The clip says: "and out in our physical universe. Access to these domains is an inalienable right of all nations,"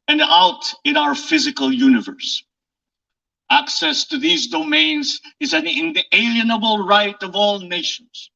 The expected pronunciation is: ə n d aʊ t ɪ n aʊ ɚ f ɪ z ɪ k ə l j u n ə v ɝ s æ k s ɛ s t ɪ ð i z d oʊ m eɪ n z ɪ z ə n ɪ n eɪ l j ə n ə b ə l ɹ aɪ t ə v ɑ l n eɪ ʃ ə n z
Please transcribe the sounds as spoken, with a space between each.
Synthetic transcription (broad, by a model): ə n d aʊ t ɪ n aʊ ɚ f ɪ z ɪ k ə l j u n ə v ɝ s æ k s ɛ s t ɪ ð i z d oʊ m eɪ n z ɪ z ə n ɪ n eɪ l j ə n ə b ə l ɹ aɪ t ə v ɑ l n eɪ ʃ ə n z